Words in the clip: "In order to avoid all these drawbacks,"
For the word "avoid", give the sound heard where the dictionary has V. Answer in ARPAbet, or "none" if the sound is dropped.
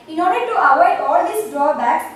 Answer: W